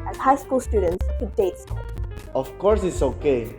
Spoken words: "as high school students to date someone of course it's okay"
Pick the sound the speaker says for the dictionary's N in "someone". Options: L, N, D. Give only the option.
L